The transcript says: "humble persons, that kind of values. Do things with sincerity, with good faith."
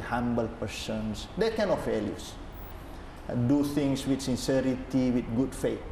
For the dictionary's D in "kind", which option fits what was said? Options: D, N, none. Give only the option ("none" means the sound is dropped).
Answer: none